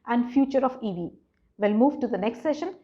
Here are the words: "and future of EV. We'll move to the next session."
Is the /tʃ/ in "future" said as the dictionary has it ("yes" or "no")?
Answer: yes